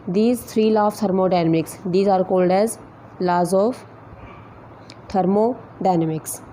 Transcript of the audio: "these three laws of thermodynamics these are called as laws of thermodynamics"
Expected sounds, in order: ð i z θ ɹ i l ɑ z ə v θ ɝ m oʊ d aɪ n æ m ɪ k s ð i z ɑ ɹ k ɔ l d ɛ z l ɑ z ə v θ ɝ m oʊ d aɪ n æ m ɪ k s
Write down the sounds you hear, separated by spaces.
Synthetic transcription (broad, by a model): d i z t ɹ i l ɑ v t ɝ m oʊ d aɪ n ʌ m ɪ k s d i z ɑ ɹ k ɔ l d ɛ z l ɑ z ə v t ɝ m oʊ d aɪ n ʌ m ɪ k s